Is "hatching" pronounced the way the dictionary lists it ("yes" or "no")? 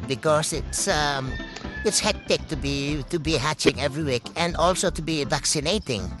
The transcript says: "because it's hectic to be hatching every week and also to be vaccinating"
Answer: yes